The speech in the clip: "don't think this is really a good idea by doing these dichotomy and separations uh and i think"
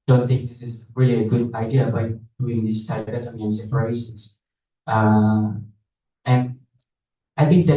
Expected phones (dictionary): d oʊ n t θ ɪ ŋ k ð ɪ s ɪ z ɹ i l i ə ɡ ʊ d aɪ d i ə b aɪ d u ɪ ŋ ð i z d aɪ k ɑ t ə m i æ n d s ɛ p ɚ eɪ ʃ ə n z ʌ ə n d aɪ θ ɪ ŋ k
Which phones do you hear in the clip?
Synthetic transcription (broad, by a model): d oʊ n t θ ɪ ŋ k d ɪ s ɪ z ɹ i l i ə ɡ ʊ d aɪ d i ə b aɪ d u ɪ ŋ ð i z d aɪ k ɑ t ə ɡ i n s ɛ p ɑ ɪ s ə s ʌ ə n d aɪ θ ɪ ŋ k